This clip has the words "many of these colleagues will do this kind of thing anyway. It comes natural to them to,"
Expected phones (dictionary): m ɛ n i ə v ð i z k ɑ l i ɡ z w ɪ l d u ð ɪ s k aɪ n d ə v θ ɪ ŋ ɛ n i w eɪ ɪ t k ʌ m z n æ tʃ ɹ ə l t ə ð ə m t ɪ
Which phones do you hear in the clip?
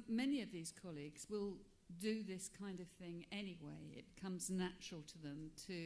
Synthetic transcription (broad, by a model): m ɛ n i ə v ð i z k ɑ l i ɡ z w ɪ l d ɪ ð ɪ s k aɪ n d ə v θ ɪ ŋ ɛ n i w eɪ ɪ t k ʌ m z n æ tʃ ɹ l t ə ð ə m t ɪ